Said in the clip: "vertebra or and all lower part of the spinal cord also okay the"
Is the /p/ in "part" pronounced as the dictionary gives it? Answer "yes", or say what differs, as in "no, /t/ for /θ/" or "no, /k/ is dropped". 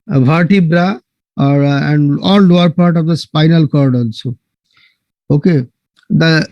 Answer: yes